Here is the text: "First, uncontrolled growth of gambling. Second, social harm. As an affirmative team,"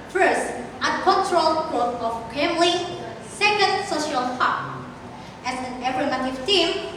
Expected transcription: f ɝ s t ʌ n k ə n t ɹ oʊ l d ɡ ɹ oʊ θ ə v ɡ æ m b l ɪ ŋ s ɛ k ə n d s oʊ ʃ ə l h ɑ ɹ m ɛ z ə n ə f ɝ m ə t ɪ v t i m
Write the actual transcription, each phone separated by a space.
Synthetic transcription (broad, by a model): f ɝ s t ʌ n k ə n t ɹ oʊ l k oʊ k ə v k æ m l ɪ s ɛ k ə n d s oʊ ʃ ə l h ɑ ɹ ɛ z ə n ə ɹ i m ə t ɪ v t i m